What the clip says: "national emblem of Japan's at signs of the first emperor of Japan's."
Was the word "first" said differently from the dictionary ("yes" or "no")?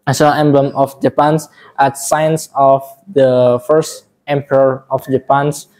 no